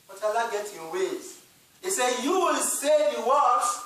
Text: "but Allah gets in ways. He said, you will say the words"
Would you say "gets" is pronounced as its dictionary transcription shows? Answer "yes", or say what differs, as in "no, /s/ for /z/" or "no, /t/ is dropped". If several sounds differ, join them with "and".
no, /s/ is dropped